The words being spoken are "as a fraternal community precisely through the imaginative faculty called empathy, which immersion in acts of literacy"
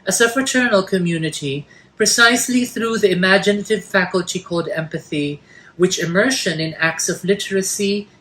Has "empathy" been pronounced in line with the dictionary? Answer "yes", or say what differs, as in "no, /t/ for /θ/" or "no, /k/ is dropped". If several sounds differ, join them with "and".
yes